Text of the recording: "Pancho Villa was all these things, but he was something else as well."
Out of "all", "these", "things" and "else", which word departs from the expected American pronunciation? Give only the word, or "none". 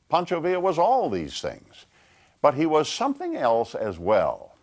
none